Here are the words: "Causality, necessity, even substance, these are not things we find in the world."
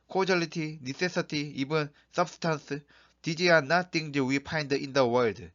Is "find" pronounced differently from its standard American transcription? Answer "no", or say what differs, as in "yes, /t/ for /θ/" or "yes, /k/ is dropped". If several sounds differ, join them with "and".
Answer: yes, /p/ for /f/